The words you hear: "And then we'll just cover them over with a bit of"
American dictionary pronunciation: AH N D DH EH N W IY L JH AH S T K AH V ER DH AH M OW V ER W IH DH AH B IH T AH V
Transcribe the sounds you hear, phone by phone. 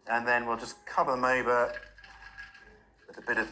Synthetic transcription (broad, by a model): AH N DH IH N W IY L JH AH S K AH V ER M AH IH B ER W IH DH AH B IH T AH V